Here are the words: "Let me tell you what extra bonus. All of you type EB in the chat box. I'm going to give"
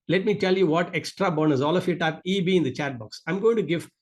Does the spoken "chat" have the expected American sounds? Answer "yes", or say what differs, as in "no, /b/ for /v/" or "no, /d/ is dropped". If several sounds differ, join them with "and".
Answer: yes